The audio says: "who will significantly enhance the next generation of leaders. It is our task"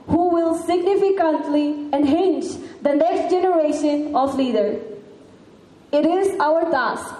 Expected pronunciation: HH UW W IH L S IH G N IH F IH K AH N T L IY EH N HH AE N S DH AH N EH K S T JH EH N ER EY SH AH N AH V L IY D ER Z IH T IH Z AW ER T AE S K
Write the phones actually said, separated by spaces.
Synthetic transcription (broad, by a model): HH UW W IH L S IH G N IH F IH K AH N T L IY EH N HH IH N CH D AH N EH K S T JH EH N ER EY SH AH N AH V L IY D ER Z IH T IH Z AW ER T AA S K